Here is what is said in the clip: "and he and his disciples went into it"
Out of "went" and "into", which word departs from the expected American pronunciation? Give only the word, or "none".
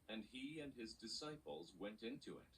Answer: none